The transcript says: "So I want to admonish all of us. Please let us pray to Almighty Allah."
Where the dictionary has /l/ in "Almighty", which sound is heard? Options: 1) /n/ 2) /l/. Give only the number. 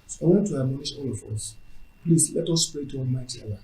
1